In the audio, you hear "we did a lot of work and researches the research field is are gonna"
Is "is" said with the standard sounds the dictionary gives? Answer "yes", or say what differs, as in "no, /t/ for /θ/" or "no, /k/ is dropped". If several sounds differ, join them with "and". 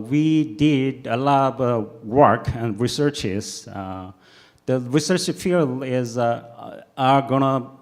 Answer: yes